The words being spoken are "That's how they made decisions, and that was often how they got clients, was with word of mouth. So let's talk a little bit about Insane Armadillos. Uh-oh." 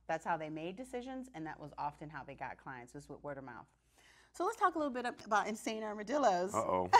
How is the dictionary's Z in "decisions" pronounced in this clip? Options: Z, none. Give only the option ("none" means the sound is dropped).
Z